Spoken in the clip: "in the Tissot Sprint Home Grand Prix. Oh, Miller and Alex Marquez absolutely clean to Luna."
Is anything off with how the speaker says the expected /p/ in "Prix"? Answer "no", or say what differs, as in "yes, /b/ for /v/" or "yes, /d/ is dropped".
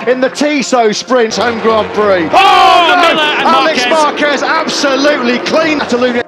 yes, /b/ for /p/